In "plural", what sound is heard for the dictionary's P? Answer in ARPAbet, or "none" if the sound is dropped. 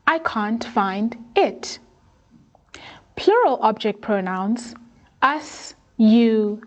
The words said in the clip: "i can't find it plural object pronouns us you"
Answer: P